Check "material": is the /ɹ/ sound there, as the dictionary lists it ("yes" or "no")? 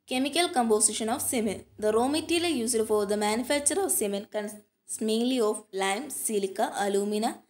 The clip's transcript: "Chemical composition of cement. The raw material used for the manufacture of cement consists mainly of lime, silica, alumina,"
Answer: no